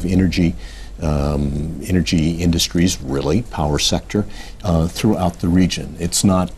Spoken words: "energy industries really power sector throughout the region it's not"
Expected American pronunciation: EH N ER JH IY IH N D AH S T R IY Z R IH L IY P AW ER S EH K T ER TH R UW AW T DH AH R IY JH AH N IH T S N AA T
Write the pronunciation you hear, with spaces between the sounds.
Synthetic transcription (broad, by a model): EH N ER JH IY IH N D AH S T R IY Z R IH L IY P AW ER S EH K T ER TH R UW AW T DH AH R IY JH AH N IH T S N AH T